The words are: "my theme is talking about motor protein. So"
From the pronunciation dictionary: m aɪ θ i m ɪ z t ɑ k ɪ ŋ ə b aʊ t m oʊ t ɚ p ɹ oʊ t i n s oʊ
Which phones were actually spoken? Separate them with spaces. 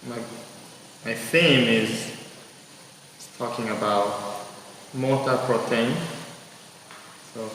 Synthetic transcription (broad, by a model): m aɪ θ i m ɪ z t ɑ k ɪ ŋ ə b aʊ t m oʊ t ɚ p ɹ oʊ t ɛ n s oʊ